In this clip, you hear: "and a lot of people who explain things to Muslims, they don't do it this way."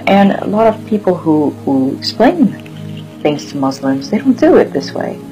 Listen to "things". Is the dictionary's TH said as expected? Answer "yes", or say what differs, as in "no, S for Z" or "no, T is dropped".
yes